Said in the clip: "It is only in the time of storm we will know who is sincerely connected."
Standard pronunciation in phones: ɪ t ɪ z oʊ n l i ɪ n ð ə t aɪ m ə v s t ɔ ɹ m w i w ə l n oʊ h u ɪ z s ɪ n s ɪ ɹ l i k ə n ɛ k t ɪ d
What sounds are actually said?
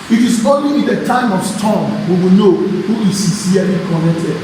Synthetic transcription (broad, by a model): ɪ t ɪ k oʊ l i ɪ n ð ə t aɪ m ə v s t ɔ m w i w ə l n oʊ h u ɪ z s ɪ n s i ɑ l i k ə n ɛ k t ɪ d